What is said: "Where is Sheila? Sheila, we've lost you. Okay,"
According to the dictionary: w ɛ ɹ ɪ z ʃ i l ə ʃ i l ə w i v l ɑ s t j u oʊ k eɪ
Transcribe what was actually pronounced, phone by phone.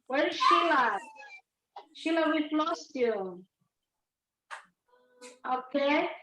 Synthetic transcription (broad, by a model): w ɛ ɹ ʃ i l ə ʃ i l ə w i p l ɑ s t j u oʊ k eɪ